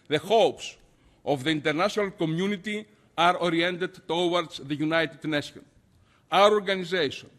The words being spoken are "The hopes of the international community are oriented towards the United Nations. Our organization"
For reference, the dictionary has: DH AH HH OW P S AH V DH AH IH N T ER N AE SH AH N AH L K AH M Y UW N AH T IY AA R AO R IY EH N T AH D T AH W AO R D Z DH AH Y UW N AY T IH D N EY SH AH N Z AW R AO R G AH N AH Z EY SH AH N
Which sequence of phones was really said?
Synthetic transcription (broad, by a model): DH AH HH OW P S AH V DH AH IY N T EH N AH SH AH N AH L K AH M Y UW N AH T IY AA R AO R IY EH N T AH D T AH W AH R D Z DH AH Y UW N AY T IH D N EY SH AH N AW R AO R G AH N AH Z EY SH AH N